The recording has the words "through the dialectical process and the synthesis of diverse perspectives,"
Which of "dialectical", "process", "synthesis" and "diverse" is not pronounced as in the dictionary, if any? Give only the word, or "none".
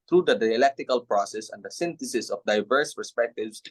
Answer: synthesis